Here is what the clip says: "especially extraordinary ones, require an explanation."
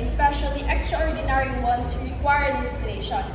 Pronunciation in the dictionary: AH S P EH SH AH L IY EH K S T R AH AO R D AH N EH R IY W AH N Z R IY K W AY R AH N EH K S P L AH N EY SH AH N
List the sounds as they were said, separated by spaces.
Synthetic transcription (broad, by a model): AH S P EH SH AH L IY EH K S T R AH AO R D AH N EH R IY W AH N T R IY K W AY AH L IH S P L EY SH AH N